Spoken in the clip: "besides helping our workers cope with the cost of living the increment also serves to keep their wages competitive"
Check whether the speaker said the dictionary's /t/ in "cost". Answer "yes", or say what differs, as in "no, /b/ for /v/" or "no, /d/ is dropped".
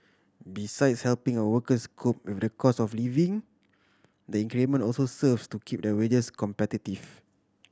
no, /t/ is dropped